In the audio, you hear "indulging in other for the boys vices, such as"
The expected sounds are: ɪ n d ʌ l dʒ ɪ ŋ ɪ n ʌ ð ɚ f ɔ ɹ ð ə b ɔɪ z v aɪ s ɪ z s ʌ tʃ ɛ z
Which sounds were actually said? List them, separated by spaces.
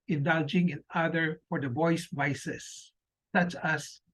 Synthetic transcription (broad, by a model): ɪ n d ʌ l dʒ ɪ ŋ ɪ n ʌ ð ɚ f ɔ ɹ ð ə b ɔɪ s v aɪ s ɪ s ʌ tʃ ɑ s